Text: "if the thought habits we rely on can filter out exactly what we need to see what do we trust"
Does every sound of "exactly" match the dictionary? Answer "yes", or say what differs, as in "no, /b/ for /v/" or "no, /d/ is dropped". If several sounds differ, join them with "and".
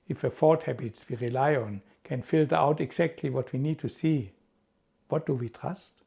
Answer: no, /s/ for /z/